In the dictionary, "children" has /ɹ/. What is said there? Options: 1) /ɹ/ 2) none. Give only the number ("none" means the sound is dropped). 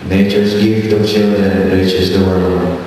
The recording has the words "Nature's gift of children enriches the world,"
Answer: 2